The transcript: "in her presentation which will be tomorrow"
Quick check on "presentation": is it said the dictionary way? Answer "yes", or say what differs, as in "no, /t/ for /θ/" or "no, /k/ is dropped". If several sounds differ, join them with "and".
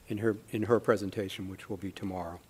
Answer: yes